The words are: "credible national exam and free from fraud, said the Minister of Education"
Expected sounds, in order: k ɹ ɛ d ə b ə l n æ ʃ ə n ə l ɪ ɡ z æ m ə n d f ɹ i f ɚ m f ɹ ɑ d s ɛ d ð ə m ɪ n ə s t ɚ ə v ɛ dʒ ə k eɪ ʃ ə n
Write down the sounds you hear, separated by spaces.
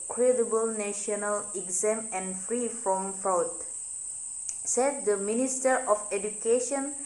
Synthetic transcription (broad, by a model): k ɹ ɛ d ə b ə l n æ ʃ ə n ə l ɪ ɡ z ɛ m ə n f ɹ i f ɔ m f ɑ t s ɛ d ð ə m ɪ n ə s t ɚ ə f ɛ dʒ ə k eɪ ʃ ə n